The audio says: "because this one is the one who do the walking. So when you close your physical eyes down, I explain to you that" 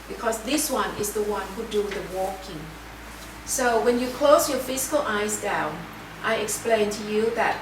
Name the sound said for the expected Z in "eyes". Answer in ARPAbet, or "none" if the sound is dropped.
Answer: Z